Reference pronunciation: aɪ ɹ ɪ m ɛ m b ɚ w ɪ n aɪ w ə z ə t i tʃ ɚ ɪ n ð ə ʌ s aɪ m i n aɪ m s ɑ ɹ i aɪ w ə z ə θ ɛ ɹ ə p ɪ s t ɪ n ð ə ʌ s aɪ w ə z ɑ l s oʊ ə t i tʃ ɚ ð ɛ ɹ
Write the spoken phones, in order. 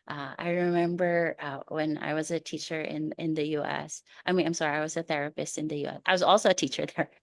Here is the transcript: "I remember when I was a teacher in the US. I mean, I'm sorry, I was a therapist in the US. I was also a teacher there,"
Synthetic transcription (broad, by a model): aɪ ɹ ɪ m ɛ m b ɚ w ɪ n aɪ w ə z ə t i tʃ ɚ ɪ n ð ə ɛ s aɪ m i n aɪ m s ɑ ɹ i aɪ w ə z ə θ ɛ ɹ ə p ɪ s t ɪ n ð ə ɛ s aɪ w ə z ɑ l s oʊ ə t i tʃ ɚ ð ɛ ɹ